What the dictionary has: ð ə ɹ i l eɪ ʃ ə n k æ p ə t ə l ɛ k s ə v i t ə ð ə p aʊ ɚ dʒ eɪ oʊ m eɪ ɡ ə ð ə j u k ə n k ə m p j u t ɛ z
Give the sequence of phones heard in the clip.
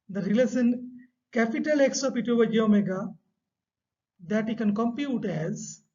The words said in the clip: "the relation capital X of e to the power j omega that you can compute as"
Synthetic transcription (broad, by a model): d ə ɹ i l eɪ s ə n k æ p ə t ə l ɛ k s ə p i t ə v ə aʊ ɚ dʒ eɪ oʊ m eɪ ɡ ə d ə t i k ə n k ə m p j u t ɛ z